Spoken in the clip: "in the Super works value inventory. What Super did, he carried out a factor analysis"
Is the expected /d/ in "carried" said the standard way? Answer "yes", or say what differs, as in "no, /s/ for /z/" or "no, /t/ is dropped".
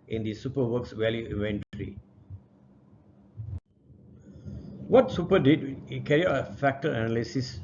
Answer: no, /d/ is dropped